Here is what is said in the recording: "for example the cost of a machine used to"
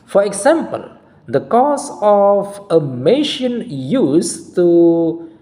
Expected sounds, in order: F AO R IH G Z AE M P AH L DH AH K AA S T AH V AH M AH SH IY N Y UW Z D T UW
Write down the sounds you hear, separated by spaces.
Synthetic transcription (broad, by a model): F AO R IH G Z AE M P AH L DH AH K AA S AH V AH M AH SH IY N Y UW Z T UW